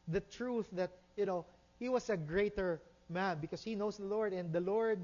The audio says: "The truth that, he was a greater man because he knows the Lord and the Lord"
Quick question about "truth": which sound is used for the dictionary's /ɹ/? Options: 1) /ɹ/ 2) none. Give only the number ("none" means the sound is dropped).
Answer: 1